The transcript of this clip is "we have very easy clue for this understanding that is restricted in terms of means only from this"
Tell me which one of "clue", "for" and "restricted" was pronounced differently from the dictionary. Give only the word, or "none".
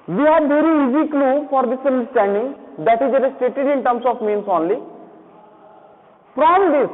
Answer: restricted